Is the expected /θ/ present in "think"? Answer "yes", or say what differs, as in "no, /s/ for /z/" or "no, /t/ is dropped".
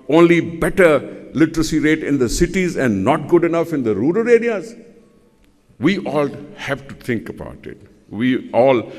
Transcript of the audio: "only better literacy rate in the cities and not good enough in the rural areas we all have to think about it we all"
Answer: no, /t/ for /θ/